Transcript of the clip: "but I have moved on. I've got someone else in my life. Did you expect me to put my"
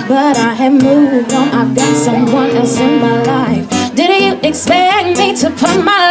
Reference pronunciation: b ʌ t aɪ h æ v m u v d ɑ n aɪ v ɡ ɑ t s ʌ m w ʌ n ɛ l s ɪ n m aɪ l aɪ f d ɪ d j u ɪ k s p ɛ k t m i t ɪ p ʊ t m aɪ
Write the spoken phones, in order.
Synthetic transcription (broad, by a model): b ʌ t aɪ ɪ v m u v d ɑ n aɪ v ɡ ɑ t s ʌ m w ʌ n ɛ s ɪ n m aɪ l aɪ f d ɪ d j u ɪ k s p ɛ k m i t ɪ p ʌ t m aɪ